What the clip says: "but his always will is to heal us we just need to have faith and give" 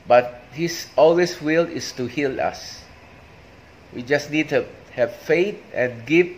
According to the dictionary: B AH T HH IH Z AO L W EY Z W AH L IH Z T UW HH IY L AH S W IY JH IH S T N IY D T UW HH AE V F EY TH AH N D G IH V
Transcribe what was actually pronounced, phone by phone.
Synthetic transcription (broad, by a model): B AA T HH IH S AO L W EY S W AH L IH S T UW HH IY L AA S W IY JH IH S N IY D T UW HH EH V F EY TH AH N G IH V